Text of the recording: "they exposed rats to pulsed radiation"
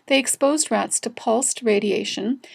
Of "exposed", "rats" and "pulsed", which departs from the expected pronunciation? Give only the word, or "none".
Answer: none